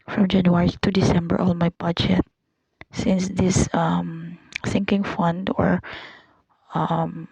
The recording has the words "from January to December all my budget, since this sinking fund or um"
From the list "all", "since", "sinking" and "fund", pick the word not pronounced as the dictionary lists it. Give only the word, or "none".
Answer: sinking